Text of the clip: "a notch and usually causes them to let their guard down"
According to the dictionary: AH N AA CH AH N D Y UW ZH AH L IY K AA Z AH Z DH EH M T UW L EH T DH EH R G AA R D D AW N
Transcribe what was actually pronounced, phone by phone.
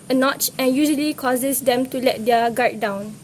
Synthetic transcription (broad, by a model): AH N AA CH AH N Y UW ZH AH L IY K AA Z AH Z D EH M T UW L EH T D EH G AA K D D AW N